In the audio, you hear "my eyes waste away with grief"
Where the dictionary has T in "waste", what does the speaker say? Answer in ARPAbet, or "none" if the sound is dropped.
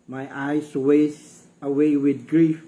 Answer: none